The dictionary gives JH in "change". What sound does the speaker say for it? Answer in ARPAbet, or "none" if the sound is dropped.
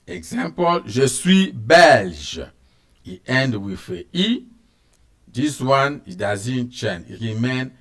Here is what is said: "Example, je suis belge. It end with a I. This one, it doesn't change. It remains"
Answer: none